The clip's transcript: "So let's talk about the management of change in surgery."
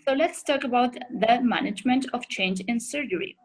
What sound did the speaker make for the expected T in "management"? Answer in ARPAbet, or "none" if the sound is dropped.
T